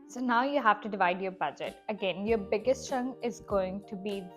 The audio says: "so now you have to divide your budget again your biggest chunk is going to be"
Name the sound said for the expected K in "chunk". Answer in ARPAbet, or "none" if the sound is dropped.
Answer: none